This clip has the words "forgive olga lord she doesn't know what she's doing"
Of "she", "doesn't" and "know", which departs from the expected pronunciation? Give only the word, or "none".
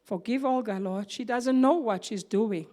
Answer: none